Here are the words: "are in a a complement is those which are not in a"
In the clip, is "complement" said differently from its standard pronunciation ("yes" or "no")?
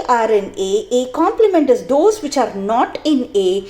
no